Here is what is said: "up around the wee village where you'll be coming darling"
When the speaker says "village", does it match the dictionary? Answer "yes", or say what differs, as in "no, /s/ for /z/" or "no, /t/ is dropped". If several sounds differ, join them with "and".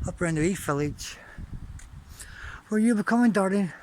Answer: no, /f/ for /v/